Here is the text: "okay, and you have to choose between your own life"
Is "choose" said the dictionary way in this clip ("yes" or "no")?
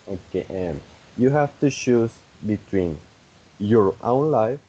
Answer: no